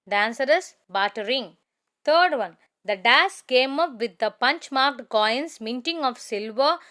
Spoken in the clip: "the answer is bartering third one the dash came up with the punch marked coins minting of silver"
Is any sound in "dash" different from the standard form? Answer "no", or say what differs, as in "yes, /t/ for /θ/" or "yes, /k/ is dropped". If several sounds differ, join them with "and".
yes, /s/ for /ʃ/